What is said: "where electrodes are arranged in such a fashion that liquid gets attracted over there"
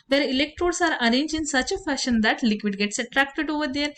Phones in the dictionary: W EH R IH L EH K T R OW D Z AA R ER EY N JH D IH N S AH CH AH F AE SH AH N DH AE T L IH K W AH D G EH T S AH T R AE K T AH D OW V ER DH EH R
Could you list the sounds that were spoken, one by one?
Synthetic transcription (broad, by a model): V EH R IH L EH K T R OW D S AA R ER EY N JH IH N S AH CH AH F AE SH AH N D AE T L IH K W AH D G EH T S AH T R AE K T AH D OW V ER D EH R